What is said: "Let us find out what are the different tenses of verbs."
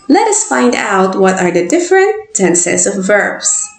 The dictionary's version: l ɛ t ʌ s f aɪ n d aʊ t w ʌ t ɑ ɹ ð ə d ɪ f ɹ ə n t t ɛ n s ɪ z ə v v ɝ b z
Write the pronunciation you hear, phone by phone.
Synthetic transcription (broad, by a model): l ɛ t ʌ s f aɪ n d aʊ t w ʌ t ɑ ɹ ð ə d ɪ f ɹ ə n t s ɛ n s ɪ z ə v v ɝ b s